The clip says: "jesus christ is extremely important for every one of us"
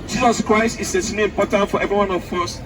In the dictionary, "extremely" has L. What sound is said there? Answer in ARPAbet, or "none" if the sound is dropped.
none